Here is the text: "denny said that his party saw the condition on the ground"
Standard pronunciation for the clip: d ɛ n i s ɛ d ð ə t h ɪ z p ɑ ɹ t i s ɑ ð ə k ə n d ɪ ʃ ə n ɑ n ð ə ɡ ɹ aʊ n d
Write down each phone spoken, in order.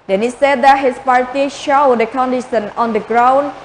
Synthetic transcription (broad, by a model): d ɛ n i s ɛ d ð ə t h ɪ s p ɑ ɹ t i ʃ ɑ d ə k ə n d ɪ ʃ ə n ɑ n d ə ɡ ɹ aʊ n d